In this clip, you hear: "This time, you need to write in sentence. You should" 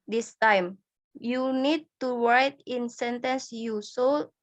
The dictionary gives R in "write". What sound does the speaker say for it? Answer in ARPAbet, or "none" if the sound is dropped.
W